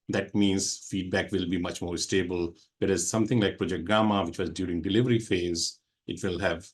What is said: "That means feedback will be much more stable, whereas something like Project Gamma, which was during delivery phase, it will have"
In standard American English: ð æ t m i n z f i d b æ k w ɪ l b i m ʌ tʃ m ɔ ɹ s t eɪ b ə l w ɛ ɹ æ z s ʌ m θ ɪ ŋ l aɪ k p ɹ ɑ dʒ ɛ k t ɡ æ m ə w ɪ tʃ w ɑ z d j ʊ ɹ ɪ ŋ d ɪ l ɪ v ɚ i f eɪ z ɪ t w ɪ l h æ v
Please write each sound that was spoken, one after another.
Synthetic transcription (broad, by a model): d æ t m i n z f i d b æ k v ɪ l b i m ʌ tʃ m ɔ ɹ s t eɪ b ə l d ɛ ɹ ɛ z s ʌ m t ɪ ŋ l aɪ k p ɹ ɑ dʒ ɛ k t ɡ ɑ m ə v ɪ tʃ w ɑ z d j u ɹ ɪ ŋ d ɪ l ɪ v ɚ i f eɪ z ɪ t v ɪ l h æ v